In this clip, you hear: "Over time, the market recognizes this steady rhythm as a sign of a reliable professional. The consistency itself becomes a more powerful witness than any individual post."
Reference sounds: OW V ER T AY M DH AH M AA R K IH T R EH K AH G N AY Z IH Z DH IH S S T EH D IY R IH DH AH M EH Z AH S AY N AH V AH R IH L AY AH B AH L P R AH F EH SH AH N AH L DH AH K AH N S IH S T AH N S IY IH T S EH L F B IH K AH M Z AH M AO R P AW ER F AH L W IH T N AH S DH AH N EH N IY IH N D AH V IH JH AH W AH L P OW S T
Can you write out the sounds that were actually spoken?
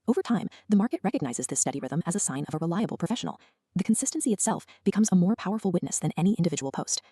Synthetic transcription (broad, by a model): OW V ER T AY M DH AH M AA R K IH T R EH K AH G N AY Z IH Z DH IH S S T EH D IY R IH DH AH M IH Z AH S AY N AH V AH R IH L AY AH B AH L P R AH F EH SH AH N L DH AH K N S IH S T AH N S IY IH T S EH L F B IH K AH M Z AH M AO R P AW ER F L W IH T N AH S DH AH N EH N IY IH N D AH V IH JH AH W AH L P OW S T